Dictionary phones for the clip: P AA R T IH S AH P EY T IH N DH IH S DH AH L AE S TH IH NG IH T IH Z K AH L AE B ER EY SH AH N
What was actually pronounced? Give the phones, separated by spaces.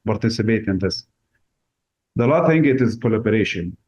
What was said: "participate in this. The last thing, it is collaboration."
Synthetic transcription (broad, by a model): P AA R T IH S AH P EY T IH N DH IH S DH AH L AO TH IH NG IH T IH Z K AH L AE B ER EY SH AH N